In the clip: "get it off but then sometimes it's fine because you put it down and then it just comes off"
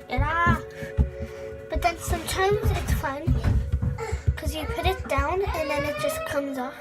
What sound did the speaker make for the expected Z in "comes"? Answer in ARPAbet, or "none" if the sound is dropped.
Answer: Z